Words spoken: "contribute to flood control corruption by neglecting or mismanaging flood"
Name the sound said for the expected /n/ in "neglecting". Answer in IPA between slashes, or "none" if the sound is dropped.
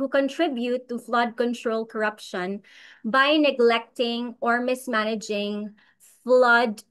/n/